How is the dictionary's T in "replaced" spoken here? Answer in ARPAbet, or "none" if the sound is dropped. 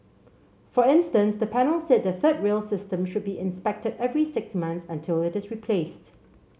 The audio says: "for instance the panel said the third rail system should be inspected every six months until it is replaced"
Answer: T